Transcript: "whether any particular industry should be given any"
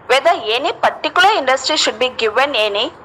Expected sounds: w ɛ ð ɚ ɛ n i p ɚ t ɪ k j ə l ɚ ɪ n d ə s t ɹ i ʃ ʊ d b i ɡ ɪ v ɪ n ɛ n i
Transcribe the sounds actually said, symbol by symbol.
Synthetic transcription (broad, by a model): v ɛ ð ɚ ɛ n i p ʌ t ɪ k j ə l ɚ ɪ n d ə s t ɹ i ʃ ʊ d b i ɡ ɪ v ɪ n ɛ n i